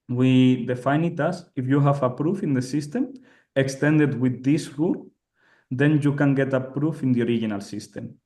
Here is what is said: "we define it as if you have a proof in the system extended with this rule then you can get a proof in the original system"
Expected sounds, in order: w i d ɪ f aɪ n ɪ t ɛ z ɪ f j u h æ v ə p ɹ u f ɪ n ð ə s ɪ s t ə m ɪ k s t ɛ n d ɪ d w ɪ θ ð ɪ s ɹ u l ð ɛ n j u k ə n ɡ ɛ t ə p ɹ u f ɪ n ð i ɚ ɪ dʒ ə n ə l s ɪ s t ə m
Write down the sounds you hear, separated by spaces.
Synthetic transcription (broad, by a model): w i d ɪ f aɪ n ɪ t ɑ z ɪ f j u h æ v ə p ɹ u f ɪ n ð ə s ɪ s t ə m ɪ k s t ɛ n d ɪ d w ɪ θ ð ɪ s ɹ u l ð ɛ n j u k ə n ɡ ɛ t ə p ɹ u f ɪ n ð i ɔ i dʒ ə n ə l s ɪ s t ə m